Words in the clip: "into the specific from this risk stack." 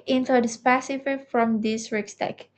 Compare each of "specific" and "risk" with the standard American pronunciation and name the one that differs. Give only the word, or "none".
risk